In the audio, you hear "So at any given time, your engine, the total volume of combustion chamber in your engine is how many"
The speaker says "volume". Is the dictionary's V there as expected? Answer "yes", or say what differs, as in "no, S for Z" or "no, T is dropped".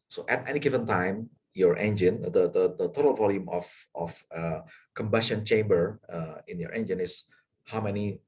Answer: yes